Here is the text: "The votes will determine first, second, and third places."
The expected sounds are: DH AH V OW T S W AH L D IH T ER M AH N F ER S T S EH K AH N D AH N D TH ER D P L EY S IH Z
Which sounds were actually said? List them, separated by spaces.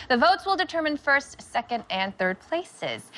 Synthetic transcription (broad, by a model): DH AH V OW T S W AH L D IH T ER M AH N F ER S T S EH K AH N D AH N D TH ER D P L EY S IH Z